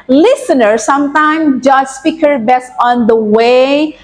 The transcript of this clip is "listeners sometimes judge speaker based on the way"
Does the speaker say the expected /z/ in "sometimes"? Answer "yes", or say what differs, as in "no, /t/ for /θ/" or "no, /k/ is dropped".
no, /z/ is dropped